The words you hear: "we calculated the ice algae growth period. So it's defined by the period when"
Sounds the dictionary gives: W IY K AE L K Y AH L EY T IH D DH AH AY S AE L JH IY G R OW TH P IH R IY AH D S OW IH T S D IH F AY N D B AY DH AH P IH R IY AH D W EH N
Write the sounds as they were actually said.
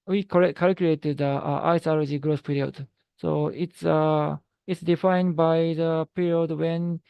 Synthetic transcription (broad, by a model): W IY K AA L K Y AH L EY T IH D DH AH AY S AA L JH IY G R OW S P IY R IY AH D S OW IH T S D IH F AY N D B AY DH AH P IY R IY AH D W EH N